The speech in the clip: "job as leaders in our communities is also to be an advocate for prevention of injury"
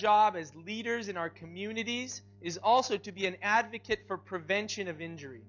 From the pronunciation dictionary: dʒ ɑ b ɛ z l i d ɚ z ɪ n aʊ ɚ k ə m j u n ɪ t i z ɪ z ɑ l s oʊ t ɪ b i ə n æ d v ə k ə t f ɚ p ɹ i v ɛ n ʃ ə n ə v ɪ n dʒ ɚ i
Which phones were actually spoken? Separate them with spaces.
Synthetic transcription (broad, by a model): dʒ ɑ b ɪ z l i d ɚ z ɪ n aʊ ɚ k ə m j u n ɪ t i z ɪ z ɑ l s oʊ t ɪ b i ə n æ d v ə k ə t f ɚ p ɹ i v ɛ n ʃ ə n ə v ɪ n dʒ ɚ i